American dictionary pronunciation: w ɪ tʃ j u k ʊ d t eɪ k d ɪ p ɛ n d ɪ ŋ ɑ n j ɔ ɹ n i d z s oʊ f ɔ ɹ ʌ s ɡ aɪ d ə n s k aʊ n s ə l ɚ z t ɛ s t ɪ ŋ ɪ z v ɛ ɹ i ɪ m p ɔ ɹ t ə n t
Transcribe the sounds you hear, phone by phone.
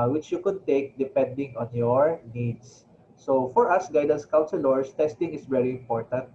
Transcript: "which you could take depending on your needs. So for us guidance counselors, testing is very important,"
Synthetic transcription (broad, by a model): w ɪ tʃ j u k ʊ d t eɪ k d ɪ p ɛ n d ɪ ŋ ɑ n j ɔ ɹ n i d s oʊ f ɔ ɹ ʌ s ɡ aɪ d ə n s k aʊ n s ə l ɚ s t ɛ s t ɪ ŋ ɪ s v ɛ ɹ i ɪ m p ɔ ɹ t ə n t